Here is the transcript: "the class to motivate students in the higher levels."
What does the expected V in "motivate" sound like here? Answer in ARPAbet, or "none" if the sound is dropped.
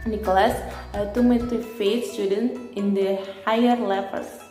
F